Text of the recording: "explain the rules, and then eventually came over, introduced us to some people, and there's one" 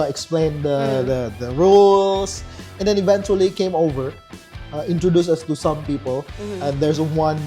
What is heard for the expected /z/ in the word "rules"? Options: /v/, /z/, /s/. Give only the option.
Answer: /s/